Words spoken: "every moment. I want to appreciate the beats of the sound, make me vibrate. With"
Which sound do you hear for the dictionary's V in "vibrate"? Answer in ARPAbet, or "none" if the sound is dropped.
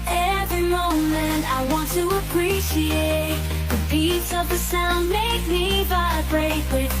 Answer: B